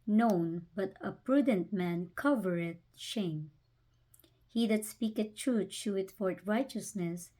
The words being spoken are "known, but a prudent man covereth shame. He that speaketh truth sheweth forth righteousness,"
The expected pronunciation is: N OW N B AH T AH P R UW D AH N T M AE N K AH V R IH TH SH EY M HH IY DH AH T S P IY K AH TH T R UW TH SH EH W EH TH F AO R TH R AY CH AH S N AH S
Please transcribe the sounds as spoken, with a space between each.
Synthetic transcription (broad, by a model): N OW N B AH T AH P R UW D AH N T M AE N K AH V R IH T SH EY M HH IY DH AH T S P IY K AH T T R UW T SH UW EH T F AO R T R AY CH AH S N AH S